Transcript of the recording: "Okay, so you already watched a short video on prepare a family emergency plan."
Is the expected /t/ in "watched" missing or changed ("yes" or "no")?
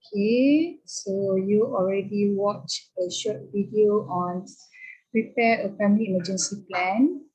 yes